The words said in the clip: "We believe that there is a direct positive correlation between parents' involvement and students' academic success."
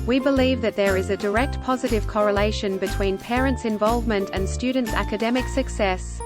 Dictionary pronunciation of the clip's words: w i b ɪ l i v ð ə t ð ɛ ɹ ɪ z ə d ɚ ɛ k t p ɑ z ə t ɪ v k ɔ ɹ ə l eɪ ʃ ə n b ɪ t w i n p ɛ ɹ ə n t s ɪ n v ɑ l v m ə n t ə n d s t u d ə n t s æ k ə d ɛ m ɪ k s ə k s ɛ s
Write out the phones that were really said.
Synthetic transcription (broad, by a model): w i b ɪ l i v ð ə t ð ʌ ɹ ɪ z ə d ɚ ɛ k t p ɑ z ə t ɪ v k ɔ ɹ ə l eɪ ʃ ə n b ɪ t w i n p ɛ ɹ ə n t s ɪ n v ɑ l v m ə n t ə n s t u d n t s æ k ə d ɛ m ɪ k s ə k s ɛ s